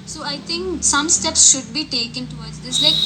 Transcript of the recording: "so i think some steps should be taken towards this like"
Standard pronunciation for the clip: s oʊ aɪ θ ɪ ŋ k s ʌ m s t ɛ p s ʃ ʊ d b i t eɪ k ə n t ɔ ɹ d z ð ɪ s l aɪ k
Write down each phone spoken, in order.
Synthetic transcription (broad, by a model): s oʊ aɪ t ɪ ŋ k s ʌ m s t ɛ p s ʃ ʊ d b i t eɪ k ə n t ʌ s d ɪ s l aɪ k